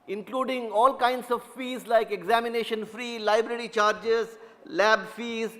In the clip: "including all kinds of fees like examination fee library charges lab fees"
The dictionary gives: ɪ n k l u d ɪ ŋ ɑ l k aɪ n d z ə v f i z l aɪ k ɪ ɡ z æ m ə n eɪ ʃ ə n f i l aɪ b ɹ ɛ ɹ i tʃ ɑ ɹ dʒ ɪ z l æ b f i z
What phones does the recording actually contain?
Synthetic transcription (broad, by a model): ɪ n k l u d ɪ ŋ ɑ l k aɪ n d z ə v f i z l aɪ k ɪ ɡ z æ m ə n eɪ ʃ ə n f i l aɪ b ɹ ɛ ɹ i tʃ ɑ ɹ dʒ ɪ z l æ b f i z